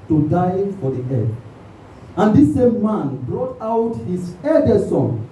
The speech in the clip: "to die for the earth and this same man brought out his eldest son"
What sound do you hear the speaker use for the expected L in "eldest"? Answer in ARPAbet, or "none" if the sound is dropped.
none